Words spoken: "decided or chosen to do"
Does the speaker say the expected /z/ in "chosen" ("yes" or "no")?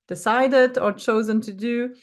yes